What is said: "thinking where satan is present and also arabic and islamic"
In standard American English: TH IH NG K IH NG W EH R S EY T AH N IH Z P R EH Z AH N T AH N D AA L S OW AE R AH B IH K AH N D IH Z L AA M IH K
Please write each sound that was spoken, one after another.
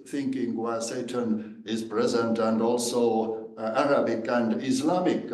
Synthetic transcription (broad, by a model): TH IH NG K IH NG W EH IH S EY T AH N IH Z P R EH Z AH N T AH N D AA L S OW AE R AH B IH K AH N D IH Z L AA M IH K